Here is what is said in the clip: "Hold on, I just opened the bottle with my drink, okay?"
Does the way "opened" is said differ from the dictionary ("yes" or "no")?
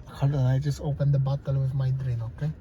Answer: no